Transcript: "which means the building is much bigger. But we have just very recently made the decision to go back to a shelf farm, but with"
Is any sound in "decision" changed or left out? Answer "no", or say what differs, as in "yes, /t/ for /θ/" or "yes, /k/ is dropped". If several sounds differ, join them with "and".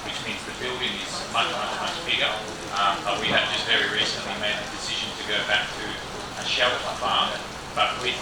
no